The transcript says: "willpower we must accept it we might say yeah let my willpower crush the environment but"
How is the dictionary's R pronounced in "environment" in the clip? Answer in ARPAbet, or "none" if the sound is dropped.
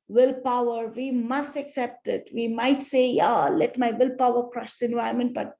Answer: none